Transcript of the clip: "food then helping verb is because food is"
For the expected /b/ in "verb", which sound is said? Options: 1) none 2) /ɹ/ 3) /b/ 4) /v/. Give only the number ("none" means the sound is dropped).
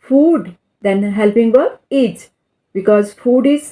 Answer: 1